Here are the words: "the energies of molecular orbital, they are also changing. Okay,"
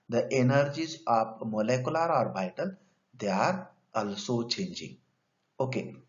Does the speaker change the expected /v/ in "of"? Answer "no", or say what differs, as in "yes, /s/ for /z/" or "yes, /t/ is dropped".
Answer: yes, /p/ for /v/